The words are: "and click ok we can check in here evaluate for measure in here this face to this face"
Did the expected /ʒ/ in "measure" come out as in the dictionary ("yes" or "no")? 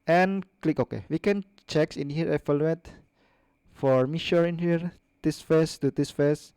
no